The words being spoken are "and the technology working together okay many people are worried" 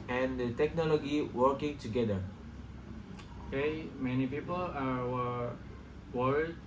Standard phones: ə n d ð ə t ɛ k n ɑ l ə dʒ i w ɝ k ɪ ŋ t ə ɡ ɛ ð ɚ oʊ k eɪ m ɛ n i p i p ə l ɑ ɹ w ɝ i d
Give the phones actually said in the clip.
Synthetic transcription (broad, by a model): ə n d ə t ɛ k n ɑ l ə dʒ i w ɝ k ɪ ŋ t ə ɡ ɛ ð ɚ oʊ k eɪ m ɛ n i p i p ə l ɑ w w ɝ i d